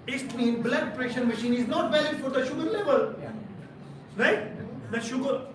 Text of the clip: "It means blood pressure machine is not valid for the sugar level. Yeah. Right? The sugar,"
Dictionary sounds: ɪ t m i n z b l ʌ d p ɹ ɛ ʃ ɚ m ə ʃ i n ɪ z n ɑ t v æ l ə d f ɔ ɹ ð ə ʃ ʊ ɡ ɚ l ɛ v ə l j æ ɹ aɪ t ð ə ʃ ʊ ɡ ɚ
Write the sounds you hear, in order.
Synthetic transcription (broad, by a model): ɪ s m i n b l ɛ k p ɹ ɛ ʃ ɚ m ə ʃ i n ɪ z n ɑ t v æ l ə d f ɔ ɹ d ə ʃ ʊ ɡ ɚ l ɛ v ə l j ɹ aɪ t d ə ʃ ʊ ɡ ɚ